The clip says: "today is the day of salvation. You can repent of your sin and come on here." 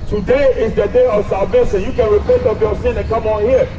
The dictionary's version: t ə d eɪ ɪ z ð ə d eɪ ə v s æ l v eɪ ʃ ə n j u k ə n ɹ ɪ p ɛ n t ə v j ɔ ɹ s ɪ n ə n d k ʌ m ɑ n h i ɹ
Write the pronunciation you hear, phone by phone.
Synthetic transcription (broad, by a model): t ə d eɪ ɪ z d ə d eɪ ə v s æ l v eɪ s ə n j u k ə n ɹ ɪ p ɛ n t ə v j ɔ s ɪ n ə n k ʌ m ɑ n h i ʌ